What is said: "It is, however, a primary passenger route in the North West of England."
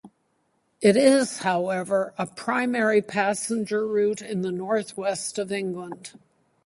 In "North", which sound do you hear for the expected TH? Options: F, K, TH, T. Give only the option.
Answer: TH